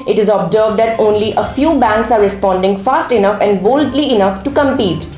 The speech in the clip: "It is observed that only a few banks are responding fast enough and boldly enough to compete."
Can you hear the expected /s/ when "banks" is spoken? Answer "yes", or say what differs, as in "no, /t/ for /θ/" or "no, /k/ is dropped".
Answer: yes